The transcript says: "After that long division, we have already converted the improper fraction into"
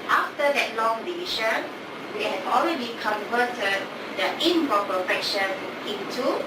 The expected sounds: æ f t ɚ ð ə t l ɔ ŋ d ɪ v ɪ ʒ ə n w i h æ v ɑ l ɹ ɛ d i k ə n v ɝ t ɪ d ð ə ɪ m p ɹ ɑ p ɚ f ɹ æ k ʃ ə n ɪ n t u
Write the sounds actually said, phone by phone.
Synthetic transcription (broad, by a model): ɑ f t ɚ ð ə t l ɔ ŋ d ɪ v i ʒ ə n w i h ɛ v ɑ l ɹ ɛ d i k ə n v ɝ t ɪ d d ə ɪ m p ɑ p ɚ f ɛ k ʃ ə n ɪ n t u